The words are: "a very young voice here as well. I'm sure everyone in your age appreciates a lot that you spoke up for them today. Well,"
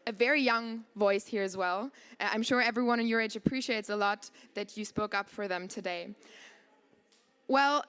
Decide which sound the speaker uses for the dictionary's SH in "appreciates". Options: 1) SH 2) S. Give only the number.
1